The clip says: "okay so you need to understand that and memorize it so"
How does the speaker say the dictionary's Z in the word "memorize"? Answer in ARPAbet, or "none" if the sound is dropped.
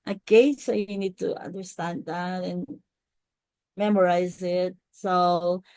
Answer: Z